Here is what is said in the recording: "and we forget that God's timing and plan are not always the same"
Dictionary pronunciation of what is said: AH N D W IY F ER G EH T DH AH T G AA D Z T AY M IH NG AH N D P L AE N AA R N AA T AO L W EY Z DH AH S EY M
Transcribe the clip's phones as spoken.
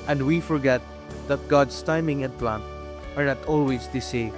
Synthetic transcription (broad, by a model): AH N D W IY F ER G EH T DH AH T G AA D S T AY M IH NG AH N P L AE N AA R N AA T AO L W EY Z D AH S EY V